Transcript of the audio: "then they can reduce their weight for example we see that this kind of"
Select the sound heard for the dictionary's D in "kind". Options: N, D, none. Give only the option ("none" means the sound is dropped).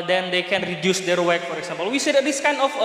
none